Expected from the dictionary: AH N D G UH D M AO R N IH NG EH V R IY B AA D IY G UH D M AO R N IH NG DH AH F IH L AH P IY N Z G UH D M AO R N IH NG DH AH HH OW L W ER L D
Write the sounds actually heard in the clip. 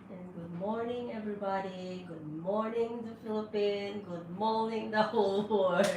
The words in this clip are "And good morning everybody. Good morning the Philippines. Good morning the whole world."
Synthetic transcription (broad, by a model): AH N G UH D M AO R N IH NG EH V R IY B AA D IY G UH D M AO R N IH NG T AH F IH L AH P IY N G UH D M AO R N IH NG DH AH HH OW L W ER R